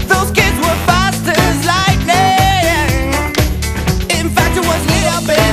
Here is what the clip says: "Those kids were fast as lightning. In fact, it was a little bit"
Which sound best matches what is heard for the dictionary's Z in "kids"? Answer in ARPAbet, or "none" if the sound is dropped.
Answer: Z